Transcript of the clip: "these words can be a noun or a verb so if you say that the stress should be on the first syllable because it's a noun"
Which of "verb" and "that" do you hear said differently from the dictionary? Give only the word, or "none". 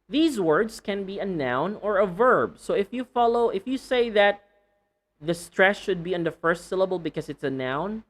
none